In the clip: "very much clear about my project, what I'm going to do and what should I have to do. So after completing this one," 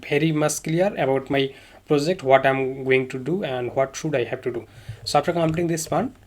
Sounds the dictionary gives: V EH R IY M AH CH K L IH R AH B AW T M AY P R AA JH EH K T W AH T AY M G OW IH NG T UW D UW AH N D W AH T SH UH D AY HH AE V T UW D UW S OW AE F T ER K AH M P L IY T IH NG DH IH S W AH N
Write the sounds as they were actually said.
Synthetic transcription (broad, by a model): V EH R IY M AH S K L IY R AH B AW T M AY P R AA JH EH K T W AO T AY M G OW IH NG T UW D UW AH N D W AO T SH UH D AY HH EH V T UW D UW S OW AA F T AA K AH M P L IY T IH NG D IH S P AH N